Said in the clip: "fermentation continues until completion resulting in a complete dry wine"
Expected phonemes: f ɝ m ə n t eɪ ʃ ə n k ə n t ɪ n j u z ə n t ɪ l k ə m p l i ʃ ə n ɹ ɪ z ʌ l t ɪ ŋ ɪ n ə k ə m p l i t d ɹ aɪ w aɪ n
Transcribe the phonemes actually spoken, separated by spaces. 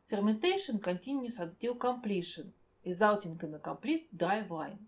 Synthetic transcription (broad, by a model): f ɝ m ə n t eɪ ʃ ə n k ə n t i n j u s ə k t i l k ə m p l i ʃ ə n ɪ z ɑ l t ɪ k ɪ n ə k ə m p l i t d aɪ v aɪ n